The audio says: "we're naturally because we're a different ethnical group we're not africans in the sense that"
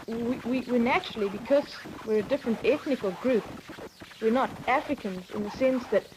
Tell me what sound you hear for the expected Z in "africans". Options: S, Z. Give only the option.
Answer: Z